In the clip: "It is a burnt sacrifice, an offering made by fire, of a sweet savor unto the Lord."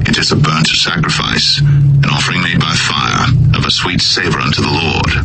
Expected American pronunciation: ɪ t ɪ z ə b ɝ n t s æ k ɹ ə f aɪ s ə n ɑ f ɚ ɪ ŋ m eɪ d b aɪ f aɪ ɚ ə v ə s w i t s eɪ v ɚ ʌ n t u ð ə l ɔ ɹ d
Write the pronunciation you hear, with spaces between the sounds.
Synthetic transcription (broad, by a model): ɪ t ɪ z ə b ɝ n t s æ k ɹ ə f aɪ s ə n ɑ f ɚ ɪ ŋ m eɪ d b aɪ f aɪ ɚ ə v ə s w i t s eɪ v ɚ ʌ n t u ð ə l ɔ ɹ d